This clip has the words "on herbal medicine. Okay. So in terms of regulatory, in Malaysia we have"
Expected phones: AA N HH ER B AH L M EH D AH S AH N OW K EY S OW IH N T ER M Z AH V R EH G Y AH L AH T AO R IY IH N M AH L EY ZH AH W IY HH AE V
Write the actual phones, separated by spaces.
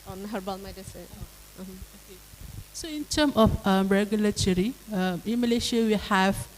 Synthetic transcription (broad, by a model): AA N HH ER B AH L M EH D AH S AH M OW K EY S OW IH N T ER M AH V R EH G Y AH L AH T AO R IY IH N M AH L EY SH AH W IY HH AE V